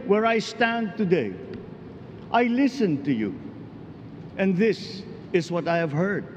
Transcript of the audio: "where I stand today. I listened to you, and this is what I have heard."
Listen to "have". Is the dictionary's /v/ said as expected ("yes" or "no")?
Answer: yes